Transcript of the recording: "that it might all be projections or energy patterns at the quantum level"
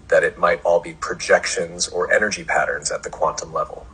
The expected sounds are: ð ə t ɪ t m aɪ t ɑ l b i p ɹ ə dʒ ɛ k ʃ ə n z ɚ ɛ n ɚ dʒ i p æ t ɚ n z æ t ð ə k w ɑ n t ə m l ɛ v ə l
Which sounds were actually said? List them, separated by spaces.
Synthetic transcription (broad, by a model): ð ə t ɪ t m aɪ t ɑ l b i p ɹ ə dʒ ɛ k ʃ ə n z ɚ ɛ n ɚ dʒ i p æ t ɚ n z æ t ð ə k w ɑ n t ə m l ɛ v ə l